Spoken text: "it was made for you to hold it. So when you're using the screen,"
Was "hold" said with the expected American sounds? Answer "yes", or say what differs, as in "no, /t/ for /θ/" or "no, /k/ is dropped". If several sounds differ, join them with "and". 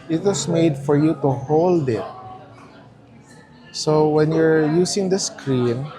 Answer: yes